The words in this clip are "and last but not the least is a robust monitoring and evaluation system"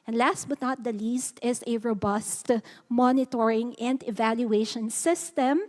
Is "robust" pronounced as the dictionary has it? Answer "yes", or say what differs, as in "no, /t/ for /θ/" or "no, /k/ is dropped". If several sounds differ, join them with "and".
yes